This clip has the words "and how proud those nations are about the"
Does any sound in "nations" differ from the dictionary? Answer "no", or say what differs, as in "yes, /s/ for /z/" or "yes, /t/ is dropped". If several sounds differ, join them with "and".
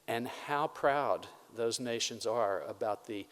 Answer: no